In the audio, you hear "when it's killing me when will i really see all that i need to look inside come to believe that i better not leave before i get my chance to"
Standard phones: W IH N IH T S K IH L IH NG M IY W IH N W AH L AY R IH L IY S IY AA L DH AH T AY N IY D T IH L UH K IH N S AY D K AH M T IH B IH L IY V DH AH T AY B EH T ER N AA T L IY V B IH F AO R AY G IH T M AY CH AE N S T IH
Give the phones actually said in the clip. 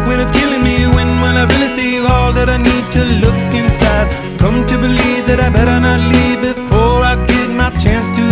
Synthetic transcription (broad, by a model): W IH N IH T S K IH L IH NG M IY W IH N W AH N AY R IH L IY S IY AA L DH AH T AY N IY D T IH L UH K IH N S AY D K AH M T IH B IH L IY V DH AH T AY B EH T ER N AA T L IY V B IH F AO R AY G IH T M AY CH AE N S T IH